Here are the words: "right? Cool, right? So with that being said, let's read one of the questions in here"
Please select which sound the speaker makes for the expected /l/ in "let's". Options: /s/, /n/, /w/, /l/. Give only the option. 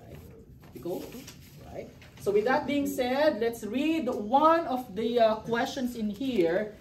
/l/